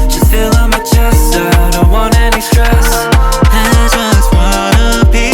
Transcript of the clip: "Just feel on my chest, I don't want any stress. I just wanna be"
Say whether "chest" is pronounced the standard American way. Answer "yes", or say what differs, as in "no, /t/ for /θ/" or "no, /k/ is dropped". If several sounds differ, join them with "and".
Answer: no, /t/ is dropped